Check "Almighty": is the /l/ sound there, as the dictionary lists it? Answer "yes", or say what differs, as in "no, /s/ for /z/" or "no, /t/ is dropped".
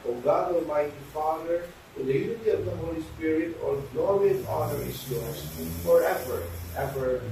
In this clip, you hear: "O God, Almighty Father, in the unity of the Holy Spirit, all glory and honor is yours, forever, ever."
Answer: no, /l/ is dropped